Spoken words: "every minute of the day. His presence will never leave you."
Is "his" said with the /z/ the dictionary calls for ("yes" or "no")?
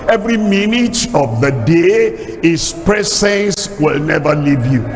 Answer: no